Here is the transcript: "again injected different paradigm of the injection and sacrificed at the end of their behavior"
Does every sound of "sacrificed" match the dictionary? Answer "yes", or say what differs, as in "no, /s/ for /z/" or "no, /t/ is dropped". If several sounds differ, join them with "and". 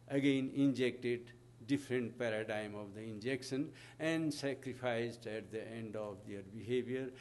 no, /p/ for /f/